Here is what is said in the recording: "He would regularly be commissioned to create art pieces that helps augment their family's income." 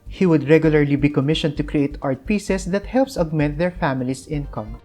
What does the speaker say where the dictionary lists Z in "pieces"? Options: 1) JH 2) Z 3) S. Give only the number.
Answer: 3